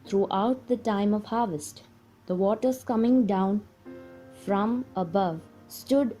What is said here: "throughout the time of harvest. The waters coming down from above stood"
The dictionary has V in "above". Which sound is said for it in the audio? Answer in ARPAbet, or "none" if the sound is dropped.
V